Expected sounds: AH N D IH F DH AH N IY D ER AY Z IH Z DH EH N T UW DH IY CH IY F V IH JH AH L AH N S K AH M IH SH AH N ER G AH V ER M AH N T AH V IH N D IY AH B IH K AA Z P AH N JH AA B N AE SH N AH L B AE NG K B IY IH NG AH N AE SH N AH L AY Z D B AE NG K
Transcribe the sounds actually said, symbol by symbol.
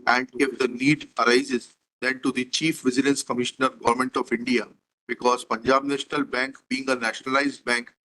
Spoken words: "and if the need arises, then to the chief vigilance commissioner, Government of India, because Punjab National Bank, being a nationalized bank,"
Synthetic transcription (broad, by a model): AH N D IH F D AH N IY D ER AY Z IH Z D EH N T UW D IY CH IY F V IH Z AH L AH N S K AH M IH SH AH N ER G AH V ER M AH N T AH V IH N D IY AH B IH K AA Z P AH N JH AA B N AE SH N AH L B AE NG K B IY IH NG AH N AE SH N AH L AY Z D B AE NG K